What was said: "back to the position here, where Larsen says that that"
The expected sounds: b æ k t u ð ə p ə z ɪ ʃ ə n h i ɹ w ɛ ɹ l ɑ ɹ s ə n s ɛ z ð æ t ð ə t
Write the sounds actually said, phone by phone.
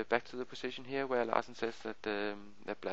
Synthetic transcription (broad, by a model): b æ k t u ð ə p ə s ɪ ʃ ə n h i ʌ w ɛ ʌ l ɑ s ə n s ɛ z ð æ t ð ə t